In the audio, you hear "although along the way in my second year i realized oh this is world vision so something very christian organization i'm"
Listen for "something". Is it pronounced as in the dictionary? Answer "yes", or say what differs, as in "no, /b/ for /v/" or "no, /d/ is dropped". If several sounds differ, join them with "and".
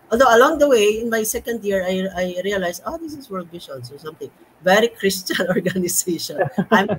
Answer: no, /t/ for /θ/